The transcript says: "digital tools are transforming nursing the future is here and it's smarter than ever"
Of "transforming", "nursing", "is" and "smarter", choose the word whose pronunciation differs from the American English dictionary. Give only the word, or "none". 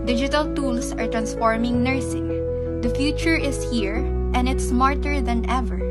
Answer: is